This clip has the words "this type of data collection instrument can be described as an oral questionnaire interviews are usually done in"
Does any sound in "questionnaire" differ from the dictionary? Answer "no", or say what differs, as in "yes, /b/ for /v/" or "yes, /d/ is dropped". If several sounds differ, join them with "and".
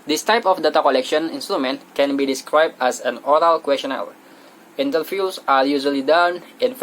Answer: yes, /l/ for /ɹ/